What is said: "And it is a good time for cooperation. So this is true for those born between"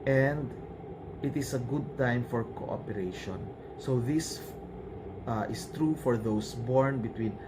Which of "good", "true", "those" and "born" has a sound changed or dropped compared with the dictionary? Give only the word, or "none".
those